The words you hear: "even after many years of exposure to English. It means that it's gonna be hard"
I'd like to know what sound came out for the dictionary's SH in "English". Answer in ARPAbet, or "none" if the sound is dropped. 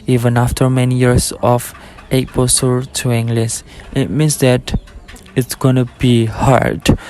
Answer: S